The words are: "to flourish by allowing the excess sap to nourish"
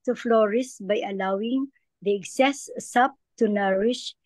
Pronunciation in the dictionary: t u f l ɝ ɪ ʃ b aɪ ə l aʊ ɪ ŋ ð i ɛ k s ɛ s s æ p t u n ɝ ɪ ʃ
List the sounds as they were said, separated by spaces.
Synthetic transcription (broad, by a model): t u f l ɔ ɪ s b aɪ ə l aʊ ɪ ŋ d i ɛ k s ɛ s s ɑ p t u n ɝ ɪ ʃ